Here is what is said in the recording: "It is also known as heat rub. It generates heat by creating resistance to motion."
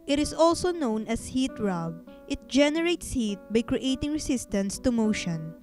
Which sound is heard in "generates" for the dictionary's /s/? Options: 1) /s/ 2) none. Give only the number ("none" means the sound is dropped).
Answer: 1